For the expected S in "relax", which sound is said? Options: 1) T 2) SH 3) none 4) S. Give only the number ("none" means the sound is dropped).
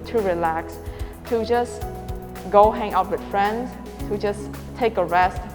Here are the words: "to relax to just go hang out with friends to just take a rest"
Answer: 4